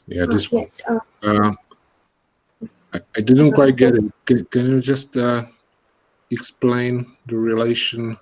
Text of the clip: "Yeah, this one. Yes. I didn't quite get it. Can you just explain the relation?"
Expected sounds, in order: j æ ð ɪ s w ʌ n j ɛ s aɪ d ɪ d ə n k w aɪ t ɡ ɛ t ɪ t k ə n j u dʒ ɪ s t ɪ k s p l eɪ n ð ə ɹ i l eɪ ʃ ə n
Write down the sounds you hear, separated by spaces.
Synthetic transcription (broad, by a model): j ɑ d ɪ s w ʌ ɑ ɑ aɪ d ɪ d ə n k w aɪ t ɡ ɛ t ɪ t k ə n j u dʒ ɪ s t ɪ k s p l eɪ n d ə ɹ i l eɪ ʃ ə n